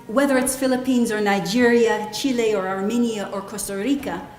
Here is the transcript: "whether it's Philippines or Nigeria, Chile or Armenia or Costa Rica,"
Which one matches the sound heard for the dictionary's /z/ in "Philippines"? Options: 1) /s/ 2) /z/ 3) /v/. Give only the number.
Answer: 2